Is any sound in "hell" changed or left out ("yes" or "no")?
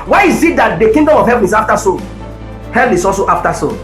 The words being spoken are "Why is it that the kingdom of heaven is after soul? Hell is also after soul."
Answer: yes